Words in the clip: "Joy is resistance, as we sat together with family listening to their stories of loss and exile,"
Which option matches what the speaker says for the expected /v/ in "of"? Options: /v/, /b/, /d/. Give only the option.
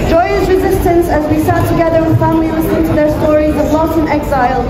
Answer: /b/